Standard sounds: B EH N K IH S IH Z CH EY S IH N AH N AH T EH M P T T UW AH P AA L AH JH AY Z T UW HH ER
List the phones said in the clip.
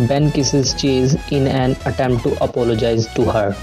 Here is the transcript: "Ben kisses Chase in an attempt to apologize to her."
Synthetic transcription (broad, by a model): B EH N K IH S IH Z CH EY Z IH N AH N AH T EH M P T T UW AH P AA L AH JH AY Z T UW HH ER